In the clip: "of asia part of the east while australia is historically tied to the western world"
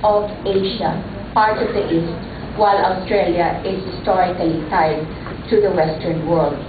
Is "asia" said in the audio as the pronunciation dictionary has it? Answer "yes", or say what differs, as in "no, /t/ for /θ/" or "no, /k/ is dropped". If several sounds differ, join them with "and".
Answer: no, /ʃ/ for /ʒ/